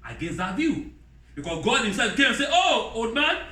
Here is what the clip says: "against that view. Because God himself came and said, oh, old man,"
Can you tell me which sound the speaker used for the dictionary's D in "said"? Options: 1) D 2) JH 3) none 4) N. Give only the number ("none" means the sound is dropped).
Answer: 3